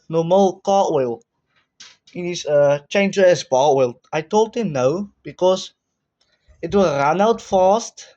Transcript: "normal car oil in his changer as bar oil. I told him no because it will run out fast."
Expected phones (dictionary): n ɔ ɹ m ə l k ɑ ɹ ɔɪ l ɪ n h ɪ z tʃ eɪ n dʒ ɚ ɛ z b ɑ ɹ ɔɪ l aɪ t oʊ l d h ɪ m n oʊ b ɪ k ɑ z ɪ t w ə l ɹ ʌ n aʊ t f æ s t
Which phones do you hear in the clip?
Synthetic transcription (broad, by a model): n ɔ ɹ m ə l k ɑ w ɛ l ɪ n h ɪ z tʃ eɪ n dʒ ɚ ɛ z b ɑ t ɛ l aɪ t oʊ l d h ɪ m n oʊ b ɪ k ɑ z ɪ t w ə ɹ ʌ n aʊ t f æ s t